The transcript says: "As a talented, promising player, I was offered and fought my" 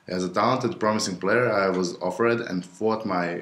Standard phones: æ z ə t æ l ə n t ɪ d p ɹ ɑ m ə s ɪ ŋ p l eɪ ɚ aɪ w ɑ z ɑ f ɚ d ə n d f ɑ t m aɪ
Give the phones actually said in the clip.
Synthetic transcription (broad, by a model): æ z ə t æ l ə n t ɪ d p ɹ ɑ m ə s ɪ ŋ p l eɪ ɚ aɪ w ɑ z ɑ f ɚ d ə n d f ɑ t m aɪ